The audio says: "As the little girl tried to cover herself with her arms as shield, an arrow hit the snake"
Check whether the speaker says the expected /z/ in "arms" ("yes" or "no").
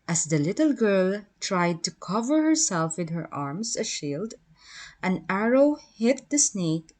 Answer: no